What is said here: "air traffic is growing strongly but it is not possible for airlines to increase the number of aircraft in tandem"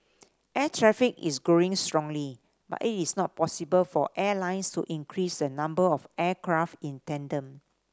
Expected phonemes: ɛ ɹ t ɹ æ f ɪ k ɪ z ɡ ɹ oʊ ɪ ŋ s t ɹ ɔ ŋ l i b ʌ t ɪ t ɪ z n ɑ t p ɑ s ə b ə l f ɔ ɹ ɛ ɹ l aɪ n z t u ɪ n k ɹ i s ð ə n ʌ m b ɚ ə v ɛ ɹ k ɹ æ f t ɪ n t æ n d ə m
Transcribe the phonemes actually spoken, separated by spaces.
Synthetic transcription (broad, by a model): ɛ t ɹ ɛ f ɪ k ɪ s ɡ ɹ oʊ ɪ ŋ s t ɹ ɔ ŋ l i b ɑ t ɪ t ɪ s n ɑ t p ɑ s ə b ə l f ɔ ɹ ɛ l aɪ n s t u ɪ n k ɹ i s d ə n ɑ m b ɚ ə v ɛ k ɹ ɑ f t ɪ n t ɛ n d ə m